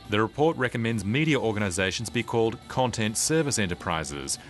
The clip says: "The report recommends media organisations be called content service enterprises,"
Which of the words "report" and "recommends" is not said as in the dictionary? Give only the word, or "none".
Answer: none